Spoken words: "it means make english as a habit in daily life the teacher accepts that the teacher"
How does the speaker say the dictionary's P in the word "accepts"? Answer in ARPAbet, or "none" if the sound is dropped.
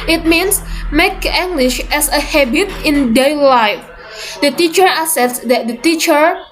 none